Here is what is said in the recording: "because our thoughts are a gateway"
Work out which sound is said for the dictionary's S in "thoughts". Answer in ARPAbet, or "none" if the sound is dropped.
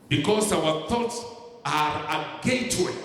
S